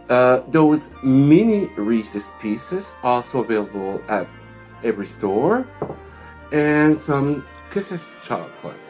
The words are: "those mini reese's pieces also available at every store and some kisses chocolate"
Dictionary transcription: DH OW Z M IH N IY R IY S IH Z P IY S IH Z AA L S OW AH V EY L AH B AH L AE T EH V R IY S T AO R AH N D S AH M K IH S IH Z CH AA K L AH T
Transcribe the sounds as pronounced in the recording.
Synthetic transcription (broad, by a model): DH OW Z M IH N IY R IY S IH S P IY S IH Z AA L S OW AH V EY L AH B AH L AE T EH V R IY S T AO R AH N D S AH M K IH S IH S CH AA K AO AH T